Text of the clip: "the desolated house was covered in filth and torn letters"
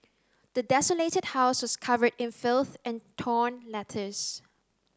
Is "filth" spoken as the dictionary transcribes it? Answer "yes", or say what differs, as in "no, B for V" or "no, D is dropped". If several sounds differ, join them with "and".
yes